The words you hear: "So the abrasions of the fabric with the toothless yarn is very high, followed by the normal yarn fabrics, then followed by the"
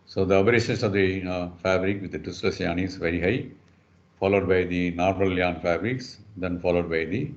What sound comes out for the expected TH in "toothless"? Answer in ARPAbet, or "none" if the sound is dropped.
T